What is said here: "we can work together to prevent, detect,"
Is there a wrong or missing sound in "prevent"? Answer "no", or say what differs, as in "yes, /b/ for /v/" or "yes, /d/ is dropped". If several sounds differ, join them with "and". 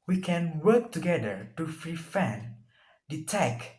yes, /f/ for /p/ and /f/ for /v/